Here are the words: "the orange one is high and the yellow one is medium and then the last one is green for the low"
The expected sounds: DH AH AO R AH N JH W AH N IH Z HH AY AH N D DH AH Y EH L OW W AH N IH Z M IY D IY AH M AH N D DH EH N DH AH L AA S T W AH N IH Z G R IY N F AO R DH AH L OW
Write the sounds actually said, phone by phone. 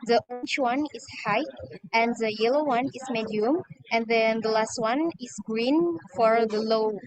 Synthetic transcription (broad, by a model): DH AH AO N CH W AH N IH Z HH AY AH N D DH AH Y EH L OW W AH N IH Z M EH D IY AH M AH N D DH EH N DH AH L AA S T W AH N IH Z G R IY N F AO R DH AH L OW